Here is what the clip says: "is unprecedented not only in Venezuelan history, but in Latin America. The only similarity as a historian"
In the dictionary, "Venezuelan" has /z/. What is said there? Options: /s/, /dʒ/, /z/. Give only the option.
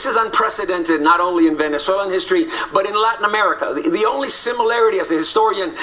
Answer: /s/